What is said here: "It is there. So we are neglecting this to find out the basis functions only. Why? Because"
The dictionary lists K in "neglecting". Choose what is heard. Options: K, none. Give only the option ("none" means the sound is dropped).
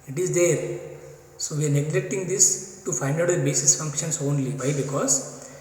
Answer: K